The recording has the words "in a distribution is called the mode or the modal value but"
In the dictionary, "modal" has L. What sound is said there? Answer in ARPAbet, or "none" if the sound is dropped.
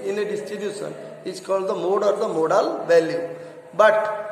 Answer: L